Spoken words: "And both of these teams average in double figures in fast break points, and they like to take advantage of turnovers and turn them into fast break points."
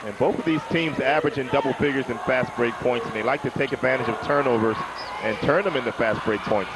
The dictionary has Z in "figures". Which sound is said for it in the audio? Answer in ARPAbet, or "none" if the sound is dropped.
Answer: Z